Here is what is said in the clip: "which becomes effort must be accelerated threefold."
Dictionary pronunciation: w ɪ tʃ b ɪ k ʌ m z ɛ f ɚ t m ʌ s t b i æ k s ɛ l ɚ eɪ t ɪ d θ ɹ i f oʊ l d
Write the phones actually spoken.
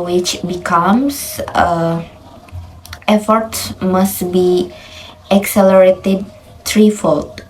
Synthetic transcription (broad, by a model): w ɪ tʃ b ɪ k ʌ m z ɛ f ɚ t m ʌ s t b i æ k s ɛ l ɚ eɪ t ɪ d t ɹ i f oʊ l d